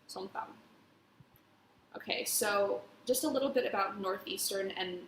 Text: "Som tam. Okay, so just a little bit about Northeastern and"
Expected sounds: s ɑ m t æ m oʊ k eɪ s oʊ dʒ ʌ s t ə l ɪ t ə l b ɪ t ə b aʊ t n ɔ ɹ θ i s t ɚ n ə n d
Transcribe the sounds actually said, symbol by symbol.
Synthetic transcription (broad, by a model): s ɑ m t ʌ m oʊ k eɪ s oʊ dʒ ʌ s t ə l ɪ t l b ɪ t ə b aʊ t n ɔ ɹ θ i s t ɚ n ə n